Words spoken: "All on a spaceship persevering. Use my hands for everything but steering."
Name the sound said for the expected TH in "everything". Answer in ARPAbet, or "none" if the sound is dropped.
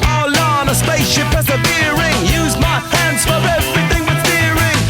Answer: TH